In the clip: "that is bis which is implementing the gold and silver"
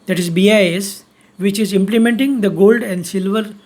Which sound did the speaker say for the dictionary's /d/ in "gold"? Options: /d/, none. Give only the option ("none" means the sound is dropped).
/d/